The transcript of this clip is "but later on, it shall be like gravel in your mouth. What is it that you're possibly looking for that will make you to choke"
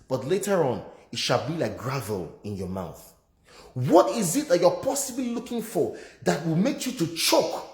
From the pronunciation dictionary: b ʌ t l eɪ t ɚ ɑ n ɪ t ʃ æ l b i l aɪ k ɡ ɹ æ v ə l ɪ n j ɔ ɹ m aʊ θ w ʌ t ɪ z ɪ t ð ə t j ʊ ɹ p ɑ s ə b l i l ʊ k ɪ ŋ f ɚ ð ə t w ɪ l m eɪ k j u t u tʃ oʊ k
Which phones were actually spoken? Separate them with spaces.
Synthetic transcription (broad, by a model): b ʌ t l eɪ t ɚ ɑ n ɪ t ʃ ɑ l b i l aɪ k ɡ ɹ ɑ v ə l ɪ n j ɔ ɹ m aʊ θ w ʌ t ɪ z ɪ t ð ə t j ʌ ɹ p ɑ s ə b l i l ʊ k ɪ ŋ f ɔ ð ə t w ɪ l m eɪ k j u t u tʃ oʊ k